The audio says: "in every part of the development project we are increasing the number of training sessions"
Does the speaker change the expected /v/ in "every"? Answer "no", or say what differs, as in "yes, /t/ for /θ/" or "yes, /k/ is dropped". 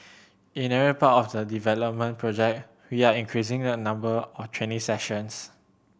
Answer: yes, /v/ is dropped